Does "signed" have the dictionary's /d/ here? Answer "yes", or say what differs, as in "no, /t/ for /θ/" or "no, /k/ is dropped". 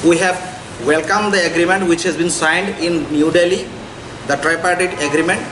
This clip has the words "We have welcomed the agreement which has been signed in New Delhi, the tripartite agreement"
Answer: yes